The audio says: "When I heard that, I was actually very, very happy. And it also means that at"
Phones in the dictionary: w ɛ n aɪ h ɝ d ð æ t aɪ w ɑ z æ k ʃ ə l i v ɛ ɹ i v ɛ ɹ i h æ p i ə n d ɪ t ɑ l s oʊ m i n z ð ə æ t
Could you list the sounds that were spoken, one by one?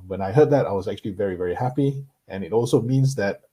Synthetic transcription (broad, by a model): w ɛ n aɪ h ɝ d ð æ t aɪ w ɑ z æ k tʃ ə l i v ɛ ɹ i v ɛ ɹ i h æ p i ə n ɪ t ɑ l s oʊ m i n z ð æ t